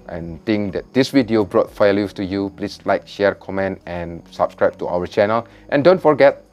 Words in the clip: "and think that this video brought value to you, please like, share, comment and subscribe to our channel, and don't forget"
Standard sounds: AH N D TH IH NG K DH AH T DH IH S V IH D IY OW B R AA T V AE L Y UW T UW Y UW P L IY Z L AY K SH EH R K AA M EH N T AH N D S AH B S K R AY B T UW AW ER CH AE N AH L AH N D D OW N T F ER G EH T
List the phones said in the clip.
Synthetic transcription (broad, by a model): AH N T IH NG K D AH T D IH S W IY D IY OW B R AA T F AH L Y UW T UW Y UW P L IY S L AY K SH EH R K AA M EH N T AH N S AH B S K R AY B T UW AW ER CH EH N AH L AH N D D OW N T F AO G EH T